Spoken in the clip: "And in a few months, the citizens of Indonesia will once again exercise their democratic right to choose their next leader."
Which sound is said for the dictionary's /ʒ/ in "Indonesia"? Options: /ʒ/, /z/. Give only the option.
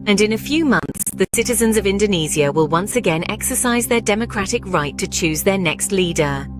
/z/